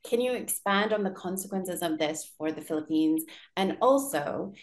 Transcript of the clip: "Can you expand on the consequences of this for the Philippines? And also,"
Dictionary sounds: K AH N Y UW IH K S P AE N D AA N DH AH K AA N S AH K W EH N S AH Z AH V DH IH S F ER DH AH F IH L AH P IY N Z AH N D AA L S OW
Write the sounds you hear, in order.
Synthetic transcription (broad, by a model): K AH N Y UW IH K S P AE N D N DH AH K AA N S AH K W EH N S AH Z AH V DH IH S F ER DH AH F IH L AH P IY N Z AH N AA L S OW